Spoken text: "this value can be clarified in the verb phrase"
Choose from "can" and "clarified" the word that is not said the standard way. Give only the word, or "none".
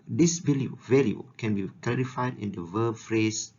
none